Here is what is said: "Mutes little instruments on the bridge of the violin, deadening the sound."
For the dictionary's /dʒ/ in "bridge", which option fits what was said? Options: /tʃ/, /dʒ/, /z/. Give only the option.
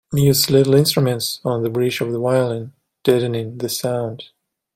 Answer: /tʃ/